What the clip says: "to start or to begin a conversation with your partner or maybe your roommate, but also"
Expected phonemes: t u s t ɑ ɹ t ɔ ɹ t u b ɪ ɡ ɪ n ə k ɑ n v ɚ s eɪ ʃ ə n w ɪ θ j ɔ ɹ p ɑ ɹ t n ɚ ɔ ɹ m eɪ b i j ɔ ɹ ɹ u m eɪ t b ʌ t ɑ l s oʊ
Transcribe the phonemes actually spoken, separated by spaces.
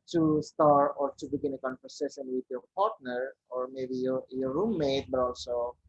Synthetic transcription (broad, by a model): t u s t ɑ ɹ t ɔ ɹ t u b ɪ ɡ ɪ n ə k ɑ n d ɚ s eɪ s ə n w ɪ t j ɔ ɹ p ɑ ɹ t n ɚ ɔ ɹ m eɪ b i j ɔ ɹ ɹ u m eɪ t b ʌ t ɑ l s oʊ